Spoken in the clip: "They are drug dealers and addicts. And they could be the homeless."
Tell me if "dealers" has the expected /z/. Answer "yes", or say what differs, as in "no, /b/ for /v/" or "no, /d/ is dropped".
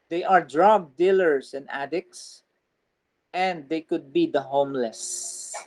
no, /s/ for /z/